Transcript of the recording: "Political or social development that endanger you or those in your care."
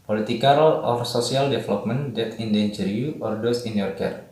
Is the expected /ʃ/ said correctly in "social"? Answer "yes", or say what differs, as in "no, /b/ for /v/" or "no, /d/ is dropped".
no, /s/ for /ʃ/